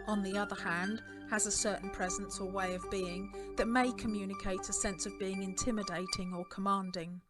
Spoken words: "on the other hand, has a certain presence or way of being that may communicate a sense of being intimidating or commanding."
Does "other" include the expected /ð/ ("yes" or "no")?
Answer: yes